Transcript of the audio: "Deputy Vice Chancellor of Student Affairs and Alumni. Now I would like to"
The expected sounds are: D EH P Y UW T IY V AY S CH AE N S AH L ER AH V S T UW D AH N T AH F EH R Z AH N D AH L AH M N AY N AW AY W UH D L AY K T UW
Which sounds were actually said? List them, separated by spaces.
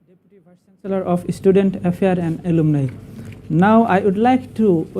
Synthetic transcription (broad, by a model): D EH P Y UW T IY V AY CH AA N S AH L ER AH F S T UW D AH N T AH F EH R AH N D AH L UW M N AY N AW AY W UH D L AY K T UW